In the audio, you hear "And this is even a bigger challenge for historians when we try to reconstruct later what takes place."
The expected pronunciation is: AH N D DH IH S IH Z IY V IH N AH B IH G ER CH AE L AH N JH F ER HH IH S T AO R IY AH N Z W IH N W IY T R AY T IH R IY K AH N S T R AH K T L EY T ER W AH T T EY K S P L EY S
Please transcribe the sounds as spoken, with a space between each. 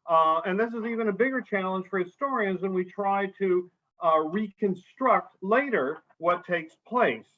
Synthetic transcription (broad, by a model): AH N DH IH S IH Z IY V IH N AH B IH G ER CH AE L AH N ZH F ER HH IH S T AO R IY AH N Z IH N W IY T R AY T IH R IY K AH N S T R AH K T L EY T ER W AH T T EY K S P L EY S